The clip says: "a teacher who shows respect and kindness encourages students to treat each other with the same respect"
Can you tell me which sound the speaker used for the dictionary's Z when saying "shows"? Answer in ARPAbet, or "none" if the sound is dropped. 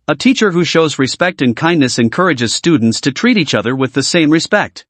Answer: Z